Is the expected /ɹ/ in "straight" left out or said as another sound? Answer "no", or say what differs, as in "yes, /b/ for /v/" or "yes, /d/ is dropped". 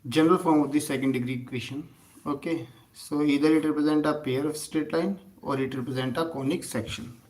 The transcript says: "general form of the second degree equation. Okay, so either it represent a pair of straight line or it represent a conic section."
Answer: yes, /ɹ/ is dropped